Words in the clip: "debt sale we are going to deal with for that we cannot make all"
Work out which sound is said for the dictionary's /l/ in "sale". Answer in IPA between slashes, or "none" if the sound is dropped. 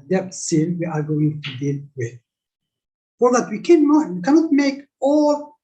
/n/